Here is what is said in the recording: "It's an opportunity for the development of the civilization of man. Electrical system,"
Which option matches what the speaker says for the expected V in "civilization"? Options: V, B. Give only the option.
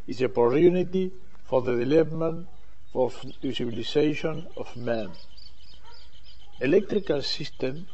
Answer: B